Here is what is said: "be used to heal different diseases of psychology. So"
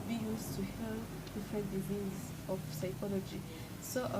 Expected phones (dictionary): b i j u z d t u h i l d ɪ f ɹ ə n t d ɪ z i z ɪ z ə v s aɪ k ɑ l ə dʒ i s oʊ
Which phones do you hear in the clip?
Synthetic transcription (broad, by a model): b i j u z t u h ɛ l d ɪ f ɹ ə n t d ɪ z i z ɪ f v s aɪ k ɑ l ə dʒ i s oʊ